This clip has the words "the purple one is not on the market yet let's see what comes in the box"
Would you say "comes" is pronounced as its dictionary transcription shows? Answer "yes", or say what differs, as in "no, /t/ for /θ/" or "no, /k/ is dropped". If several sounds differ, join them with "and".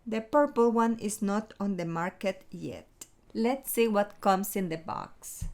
no, /s/ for /z/